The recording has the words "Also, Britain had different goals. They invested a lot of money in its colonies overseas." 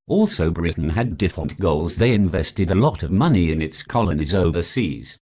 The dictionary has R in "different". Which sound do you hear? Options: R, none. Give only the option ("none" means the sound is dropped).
none